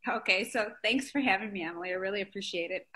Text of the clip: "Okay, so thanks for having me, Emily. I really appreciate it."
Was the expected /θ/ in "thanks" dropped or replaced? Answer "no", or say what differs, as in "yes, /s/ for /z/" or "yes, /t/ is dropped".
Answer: no